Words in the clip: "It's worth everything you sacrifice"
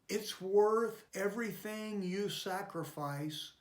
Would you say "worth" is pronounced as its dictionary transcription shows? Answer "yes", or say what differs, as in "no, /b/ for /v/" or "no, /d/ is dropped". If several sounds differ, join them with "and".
yes